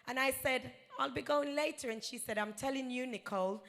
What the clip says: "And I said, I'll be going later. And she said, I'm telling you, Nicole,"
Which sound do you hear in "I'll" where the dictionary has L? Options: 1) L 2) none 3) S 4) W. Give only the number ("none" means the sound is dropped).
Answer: 1